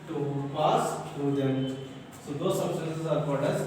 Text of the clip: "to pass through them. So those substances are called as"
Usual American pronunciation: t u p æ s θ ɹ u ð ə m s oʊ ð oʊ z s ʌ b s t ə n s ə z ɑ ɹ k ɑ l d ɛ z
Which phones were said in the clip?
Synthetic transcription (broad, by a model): t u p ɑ s t ɹ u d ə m s oʊ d oʊ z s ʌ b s t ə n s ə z ɑ ɹ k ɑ d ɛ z